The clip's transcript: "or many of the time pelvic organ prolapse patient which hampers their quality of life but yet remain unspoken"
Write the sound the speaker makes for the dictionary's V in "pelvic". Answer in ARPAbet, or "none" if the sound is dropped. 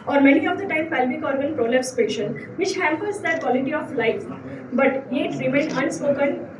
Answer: B